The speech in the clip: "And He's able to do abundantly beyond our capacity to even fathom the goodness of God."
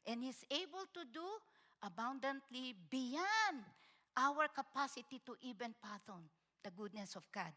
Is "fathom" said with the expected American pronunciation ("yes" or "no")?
no